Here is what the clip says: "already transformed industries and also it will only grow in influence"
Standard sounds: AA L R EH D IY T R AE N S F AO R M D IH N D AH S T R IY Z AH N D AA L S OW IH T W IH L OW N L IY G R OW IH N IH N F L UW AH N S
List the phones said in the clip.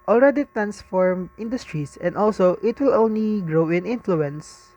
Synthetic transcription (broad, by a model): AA L R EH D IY T R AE N S F AO R M IH N D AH S T R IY S AH N D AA L S OW IH T W IH L OW N L IY G R OW IH N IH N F L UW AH N S